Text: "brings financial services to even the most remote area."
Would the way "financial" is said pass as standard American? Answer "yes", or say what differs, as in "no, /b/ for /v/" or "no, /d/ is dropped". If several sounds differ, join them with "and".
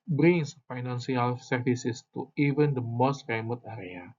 no, /s/ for /ʃ/